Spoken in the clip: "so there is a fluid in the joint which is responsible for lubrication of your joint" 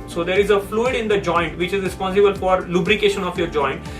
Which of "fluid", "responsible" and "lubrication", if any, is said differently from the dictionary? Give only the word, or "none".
none